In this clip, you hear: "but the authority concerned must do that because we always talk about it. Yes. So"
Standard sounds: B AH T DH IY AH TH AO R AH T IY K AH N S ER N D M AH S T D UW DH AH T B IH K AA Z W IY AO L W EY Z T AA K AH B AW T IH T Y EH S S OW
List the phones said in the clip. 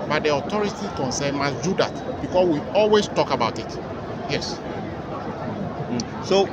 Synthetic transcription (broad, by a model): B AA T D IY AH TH AO R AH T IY K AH N S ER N M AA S D UW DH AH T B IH K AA S W IY AO L W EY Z T AA K AH B AW T IH T Y EH S S OW